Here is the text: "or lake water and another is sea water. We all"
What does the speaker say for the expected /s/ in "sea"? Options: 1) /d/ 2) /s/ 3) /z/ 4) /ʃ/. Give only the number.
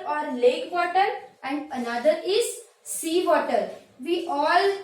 2